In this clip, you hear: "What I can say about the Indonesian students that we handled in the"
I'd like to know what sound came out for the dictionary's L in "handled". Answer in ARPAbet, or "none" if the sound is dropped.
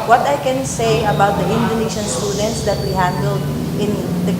L